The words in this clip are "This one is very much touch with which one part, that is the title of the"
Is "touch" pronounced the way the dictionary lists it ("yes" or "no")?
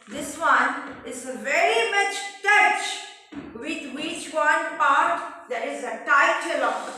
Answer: yes